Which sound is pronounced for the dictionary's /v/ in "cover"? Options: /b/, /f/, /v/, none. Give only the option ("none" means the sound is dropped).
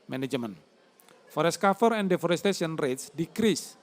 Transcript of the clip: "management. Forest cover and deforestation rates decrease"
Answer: /f/